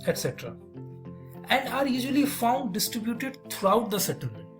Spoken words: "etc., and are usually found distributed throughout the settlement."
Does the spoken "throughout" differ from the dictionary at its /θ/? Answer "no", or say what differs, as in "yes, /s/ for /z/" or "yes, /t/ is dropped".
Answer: yes, /t/ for /θ/